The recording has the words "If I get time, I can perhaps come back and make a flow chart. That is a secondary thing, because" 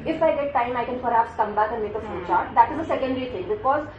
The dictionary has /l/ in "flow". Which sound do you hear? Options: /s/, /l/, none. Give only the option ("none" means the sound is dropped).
none